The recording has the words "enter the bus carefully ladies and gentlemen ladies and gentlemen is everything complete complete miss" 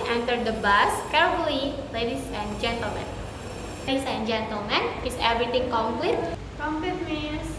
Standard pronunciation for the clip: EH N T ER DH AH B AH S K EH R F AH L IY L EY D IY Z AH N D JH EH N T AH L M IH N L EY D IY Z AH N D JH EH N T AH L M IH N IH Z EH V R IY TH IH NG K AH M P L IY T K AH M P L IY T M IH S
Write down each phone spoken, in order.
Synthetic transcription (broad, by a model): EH N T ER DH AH B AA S K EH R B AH IY L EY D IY S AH N JH EH N T AH L M IH N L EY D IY S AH N JH EH N T AH L M IH N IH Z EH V R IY T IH NG K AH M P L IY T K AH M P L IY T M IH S